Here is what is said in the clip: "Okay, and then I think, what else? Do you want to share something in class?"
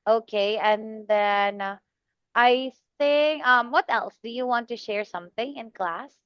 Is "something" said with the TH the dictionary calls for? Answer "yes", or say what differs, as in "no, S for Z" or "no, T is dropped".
yes